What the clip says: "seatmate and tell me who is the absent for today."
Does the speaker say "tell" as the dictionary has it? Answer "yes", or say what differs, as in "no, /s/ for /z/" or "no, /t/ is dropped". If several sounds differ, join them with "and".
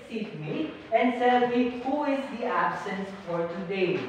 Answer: no, /s/ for /t/